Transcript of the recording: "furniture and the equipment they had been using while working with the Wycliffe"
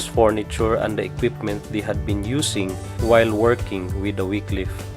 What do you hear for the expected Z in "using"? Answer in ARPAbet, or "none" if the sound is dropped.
S